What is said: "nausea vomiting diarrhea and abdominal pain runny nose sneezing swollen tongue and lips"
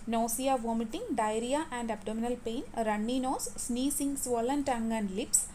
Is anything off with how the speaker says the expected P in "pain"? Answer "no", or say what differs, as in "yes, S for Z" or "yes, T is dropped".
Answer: no